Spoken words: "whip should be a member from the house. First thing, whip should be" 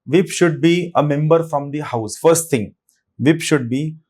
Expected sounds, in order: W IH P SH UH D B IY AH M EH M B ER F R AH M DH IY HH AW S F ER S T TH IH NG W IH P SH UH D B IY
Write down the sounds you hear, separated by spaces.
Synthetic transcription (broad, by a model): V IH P SH UH D B IY AH M EH M B ER F R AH M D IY HH AW S F ER S T T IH NG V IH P SH UH D B IY